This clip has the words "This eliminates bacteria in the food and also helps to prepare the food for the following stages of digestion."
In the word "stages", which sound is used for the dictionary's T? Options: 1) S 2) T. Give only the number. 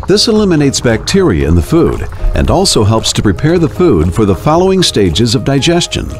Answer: 2